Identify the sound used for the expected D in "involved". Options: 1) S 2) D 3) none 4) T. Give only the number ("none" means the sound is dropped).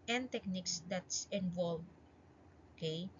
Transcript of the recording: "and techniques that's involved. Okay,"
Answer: 3